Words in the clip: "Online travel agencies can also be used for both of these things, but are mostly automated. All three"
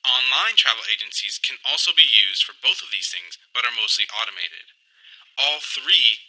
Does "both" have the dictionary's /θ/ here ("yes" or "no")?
yes